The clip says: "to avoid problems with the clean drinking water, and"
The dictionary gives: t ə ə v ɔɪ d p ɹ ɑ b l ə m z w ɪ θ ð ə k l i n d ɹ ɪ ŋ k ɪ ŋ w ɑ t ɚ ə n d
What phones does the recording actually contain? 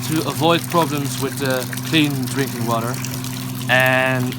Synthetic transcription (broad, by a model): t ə ə v ɔɪ d p ɹ ɑ b l ə m z w ɪ ð ə k l i n d ɹ ɪ ŋ k ɪ ŋ w ɑ t ɚ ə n